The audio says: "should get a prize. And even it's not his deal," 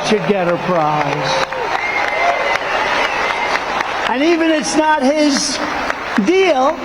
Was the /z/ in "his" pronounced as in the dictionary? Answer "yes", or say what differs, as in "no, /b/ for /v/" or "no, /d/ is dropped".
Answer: yes